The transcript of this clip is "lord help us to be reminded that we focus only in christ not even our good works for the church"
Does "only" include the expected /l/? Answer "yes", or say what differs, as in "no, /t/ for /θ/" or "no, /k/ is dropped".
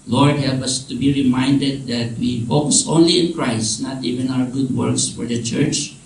yes